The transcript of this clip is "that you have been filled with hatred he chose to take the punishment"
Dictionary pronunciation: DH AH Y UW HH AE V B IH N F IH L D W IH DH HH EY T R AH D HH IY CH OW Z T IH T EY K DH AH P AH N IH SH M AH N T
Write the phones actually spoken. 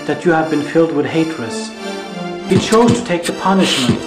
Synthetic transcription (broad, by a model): DH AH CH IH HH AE V B IH N F IH L D W IH DH HH EY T L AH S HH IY CH OW Z T IH T EY K DH AH P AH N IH SH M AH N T